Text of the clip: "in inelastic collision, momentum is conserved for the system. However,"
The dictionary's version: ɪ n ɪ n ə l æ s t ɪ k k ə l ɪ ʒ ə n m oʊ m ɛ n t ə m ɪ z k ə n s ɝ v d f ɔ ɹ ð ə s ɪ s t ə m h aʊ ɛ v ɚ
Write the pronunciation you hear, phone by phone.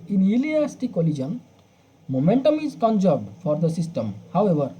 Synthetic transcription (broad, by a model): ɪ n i l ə ɑ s t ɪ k k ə l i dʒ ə n m oʊ m ɛ n t ə m ɪ z k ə n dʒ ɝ d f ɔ ɹ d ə s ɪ s t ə m h aʊ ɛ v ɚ